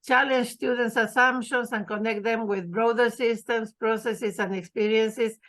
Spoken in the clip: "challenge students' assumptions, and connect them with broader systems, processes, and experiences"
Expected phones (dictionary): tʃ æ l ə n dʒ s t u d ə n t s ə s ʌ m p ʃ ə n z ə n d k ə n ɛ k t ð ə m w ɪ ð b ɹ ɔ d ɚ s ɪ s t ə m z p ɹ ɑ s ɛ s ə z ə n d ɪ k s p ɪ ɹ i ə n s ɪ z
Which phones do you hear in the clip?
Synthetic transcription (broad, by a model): tʃ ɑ l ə n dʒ s t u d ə n t s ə s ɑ m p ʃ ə n s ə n k ə n ɛ k t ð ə m w ɪ ð b ɹ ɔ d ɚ s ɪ s t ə m s p ɹ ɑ s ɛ s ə s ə n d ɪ k s p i ɹ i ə n s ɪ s